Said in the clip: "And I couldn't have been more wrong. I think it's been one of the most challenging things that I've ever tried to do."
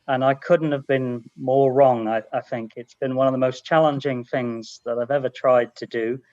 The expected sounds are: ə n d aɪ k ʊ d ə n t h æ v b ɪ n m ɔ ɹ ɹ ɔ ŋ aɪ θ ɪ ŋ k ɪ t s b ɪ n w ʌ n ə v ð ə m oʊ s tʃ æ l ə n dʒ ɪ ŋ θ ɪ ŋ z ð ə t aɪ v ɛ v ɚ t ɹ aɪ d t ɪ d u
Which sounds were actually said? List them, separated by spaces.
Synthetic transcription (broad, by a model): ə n aɪ k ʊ d n t h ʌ v b ɪ n m ɔ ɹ ɹ ɔ ŋ aɪ θ ɪ ŋ k ɪ t s b ɪ n w ʌ n ə v ð ə m oʊ s tʃ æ l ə n dʒ ɪ ŋ θ ɪ ŋ z ð ə t aɪ v ɛ v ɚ t ɹ aɪ d t ɪ d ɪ